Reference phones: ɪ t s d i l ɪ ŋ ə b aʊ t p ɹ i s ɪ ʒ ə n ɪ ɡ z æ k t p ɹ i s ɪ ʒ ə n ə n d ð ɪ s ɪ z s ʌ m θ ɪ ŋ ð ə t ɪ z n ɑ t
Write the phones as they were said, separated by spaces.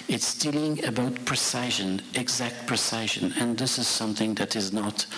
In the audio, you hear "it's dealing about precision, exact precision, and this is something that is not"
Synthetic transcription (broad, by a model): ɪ t s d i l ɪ ŋ ə b aʊ t p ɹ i s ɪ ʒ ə n ɪ ɡ z æ k t p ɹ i s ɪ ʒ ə n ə n ð ɪ s ɪ z s ʌ m θ ɪ ŋ ð ə t ɪ z n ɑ t